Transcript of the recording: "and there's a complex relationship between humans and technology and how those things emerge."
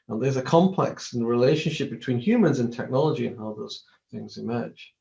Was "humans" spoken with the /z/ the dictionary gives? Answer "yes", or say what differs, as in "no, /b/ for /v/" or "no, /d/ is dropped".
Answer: yes